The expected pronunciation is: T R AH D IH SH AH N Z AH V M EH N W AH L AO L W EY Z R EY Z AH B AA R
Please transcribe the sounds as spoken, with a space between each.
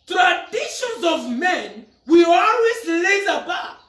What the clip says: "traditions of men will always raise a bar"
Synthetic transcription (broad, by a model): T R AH D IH SH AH N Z AH V M EH N W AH AO L W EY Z L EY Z AH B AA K